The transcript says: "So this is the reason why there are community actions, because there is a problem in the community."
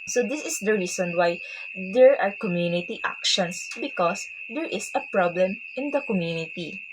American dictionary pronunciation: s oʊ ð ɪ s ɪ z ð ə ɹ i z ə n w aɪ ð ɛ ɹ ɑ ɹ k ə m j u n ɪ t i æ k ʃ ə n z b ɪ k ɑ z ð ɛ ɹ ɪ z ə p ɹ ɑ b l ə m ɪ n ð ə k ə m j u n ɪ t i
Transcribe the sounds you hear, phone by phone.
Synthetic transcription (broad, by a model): s oʊ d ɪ s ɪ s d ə ɹ i s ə n w aɪ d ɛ ɹ ɑ ɹ k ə m j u n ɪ t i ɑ k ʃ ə n s b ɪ k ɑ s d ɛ ɹ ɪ s ə p ɹ ɑ b l ə m ɪ n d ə k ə m j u n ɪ t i